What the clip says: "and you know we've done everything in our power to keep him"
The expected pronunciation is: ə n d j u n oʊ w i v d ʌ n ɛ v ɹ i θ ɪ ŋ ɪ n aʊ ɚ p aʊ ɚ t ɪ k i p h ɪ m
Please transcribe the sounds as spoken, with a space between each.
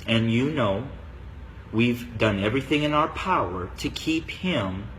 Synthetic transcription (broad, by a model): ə n j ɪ n oʊ w i v d ʌ n ɛ v ɹ i θ ɪ ŋ ɪ n aʊ ɚ p aʊ ɚ t ɪ k i p h ɪ m